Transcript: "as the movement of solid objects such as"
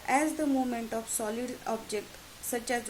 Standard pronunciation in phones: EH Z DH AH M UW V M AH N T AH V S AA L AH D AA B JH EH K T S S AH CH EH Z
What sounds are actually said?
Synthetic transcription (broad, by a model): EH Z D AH M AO M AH N T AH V S AA L AH D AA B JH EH K T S S AH CH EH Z